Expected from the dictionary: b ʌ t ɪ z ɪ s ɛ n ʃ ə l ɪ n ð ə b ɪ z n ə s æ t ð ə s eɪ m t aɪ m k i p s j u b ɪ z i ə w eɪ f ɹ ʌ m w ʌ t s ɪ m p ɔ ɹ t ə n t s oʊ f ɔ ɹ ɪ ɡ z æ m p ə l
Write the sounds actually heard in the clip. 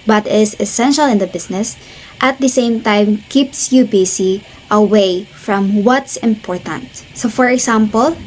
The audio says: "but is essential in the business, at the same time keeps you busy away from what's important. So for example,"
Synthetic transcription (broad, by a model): b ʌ t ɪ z ɪ s ɛ n ʃ ə l ɪ n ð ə b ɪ s n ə s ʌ t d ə s eɪ m t aɪ m k i p s j u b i s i ə w eɪ f ɹ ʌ m w ʌ t s ɪ m p ɔ ɹ t ə n t s oʊ f ɔ ɹ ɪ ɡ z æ m p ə l